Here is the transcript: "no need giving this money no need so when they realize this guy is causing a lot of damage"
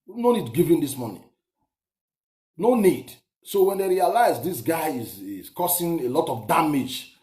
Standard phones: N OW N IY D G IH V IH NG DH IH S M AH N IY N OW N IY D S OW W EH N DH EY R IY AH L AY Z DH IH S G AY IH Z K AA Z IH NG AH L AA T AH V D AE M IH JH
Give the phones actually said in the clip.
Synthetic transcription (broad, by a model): N OW N IY D G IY V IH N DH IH S M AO N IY N OW N IY D S OW W EH N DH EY R IY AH L AY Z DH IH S G AY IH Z K AA S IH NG AH L AA T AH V D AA M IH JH